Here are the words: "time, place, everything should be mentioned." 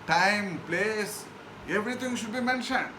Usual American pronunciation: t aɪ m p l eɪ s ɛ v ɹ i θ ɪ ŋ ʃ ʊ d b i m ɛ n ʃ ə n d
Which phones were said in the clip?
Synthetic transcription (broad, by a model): t aɪ m p l eɪ s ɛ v ɹ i t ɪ ŋ ʃ ʊ d b i m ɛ n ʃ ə n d